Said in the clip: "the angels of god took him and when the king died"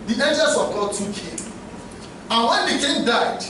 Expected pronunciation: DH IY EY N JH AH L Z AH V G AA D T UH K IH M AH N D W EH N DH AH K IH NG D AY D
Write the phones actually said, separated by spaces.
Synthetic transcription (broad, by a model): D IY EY N JH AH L S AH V G AA D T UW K IH M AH N W EH N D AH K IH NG D AY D